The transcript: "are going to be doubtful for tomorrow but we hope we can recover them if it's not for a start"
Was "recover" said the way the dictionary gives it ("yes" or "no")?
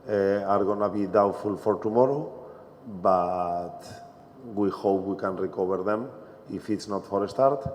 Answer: no